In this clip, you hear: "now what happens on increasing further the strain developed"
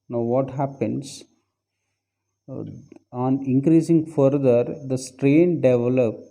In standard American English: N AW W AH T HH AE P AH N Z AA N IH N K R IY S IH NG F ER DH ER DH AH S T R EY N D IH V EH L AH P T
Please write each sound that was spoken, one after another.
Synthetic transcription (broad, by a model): N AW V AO T HH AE P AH N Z AA N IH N K R IY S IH NG F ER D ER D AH S T R EY N D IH V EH L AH P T